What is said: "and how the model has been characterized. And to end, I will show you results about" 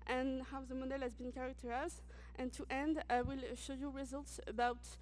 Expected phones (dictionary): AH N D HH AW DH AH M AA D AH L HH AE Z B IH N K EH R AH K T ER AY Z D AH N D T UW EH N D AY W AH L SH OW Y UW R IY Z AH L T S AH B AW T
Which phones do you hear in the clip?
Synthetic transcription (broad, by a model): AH N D HH AW DH AH M AA D AH L HH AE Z B IH N K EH R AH K T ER AY Z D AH N T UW EH N D W AH L SH OW Y UW R IY Z AH L T S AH B AW T